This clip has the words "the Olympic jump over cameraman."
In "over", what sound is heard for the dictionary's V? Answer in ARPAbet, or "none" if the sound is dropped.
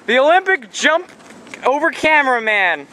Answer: V